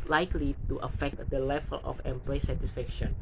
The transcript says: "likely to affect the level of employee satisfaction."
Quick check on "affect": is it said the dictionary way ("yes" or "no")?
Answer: yes